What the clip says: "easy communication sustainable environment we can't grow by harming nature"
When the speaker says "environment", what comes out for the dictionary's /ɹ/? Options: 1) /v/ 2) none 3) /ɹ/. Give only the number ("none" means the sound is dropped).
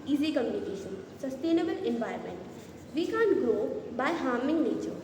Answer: 2